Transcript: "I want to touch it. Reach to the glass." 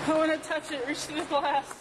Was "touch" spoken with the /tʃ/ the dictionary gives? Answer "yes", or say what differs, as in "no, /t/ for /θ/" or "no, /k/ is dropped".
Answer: yes